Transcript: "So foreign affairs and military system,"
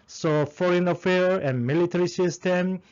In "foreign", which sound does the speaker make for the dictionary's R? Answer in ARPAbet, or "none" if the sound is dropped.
R